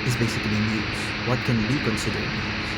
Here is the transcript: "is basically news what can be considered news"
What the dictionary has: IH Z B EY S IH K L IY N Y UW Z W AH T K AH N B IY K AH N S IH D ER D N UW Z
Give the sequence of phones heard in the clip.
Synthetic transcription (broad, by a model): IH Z B EY S IH K L IY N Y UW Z W AH T K AH N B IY K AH N S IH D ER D